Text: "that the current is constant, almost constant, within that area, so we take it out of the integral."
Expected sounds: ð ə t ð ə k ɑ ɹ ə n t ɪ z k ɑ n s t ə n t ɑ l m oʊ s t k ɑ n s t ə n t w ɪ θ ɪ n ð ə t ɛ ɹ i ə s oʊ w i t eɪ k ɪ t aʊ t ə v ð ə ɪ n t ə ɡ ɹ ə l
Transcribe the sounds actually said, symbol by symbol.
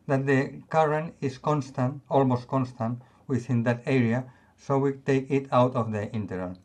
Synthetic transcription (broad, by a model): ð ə t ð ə k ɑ ɹ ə n ɪ s k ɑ n s t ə n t ɑ l m oʊ s t k ɑ n s t ə n t w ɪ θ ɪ n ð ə t ɛ ɹ i ə s oʊ w i t eɪ k ɪ t aʊ t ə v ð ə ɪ n t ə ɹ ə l